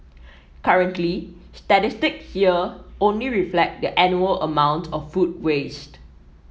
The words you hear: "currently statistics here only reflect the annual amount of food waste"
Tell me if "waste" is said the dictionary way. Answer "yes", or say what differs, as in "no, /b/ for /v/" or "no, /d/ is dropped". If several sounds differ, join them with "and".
yes